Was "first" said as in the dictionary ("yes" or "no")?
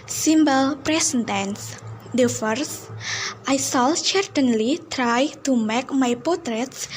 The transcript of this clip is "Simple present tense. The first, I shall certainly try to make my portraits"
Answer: yes